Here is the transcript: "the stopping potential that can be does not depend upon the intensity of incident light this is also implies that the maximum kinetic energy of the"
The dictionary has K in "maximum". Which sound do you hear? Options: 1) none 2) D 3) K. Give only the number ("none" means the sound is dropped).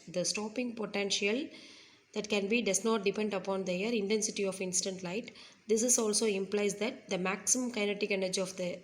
3